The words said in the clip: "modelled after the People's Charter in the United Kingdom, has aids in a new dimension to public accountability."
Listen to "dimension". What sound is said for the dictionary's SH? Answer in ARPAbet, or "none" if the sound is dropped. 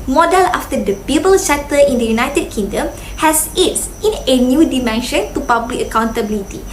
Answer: SH